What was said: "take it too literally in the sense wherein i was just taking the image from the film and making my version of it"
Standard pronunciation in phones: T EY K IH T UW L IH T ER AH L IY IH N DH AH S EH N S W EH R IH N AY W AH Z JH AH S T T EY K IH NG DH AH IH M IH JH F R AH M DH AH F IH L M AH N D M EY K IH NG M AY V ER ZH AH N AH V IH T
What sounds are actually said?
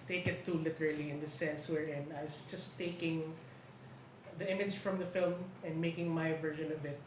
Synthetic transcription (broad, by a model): T EY K IH T UW L IH T ER AH L IY IH N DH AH S EH N S W EH R IH N AY W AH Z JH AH S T T EY K IH NG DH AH IH M IH JH F R AH M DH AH F IH L M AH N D M EY K IH NG M AY V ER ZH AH N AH B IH T